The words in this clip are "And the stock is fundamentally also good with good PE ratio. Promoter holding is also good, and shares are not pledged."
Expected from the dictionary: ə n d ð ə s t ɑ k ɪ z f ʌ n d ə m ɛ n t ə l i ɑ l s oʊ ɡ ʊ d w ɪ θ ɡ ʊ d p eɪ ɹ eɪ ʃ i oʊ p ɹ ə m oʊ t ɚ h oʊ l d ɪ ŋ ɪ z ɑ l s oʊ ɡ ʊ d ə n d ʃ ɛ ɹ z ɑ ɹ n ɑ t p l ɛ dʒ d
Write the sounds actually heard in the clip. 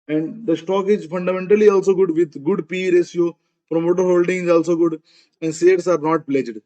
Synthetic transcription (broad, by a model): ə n d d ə s t ɑ k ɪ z f ʌ n d ə m ɛ n t ə l i ɑ l s oʊ ɡ ʊ d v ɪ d ɡ ʊ d p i ɹ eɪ s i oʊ p ɹ ə m oʊ t ɚ h oʊ l d ɪ ŋ ɪ z ɑ l s oʊ ɡ ʊ d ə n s ɛ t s ɑ ɹ n ɑ t p l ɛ dʒ d